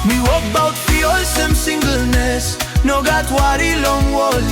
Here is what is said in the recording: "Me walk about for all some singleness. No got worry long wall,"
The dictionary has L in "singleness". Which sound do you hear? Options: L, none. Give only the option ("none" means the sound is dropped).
L